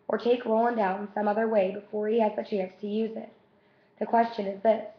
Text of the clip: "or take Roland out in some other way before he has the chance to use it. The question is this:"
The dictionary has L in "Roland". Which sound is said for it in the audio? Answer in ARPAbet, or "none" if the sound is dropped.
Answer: none